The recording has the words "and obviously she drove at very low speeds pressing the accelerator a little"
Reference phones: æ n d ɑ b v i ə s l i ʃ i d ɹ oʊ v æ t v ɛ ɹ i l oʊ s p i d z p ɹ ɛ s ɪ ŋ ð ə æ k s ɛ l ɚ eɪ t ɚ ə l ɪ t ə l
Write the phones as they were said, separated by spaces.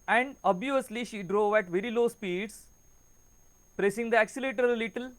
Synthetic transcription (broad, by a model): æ n d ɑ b i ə s l i ʃ i d ɹ oʊ v æ t v ɛ ɹ i l oʊ s p i d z p ɹ ɛ s ɪ ŋ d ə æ k s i l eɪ t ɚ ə l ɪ t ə l